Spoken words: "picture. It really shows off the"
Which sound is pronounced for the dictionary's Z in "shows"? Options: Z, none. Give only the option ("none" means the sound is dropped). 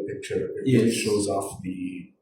Z